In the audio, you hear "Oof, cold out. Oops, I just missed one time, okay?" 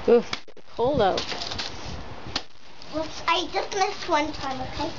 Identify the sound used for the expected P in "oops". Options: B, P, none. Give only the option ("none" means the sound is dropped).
none